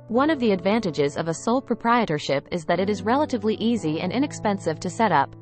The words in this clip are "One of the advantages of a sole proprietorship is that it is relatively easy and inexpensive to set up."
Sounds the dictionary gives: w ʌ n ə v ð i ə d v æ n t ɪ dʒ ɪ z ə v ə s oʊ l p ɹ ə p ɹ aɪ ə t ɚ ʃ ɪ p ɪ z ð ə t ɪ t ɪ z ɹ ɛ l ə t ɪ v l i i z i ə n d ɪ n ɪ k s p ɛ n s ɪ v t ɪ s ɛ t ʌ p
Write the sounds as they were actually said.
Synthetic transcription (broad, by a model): w ʌ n ə v ð i ə d v æ n t ɪ dʒ ɪ z ə v ə s oʊ l p ɹ ə p ɹ aɪ ə t ɚ ʃ ɪ p ɪ z ð ə t ɪ t ɪ z ɹ ɛ l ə t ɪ v l i i z i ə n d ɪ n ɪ k s p ɛ n s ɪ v t ɪ s ɛ t ʌ p